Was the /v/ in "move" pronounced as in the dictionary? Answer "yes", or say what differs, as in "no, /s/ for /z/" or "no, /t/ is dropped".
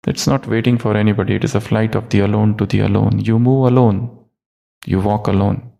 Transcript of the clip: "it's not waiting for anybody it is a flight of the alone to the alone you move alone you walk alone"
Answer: yes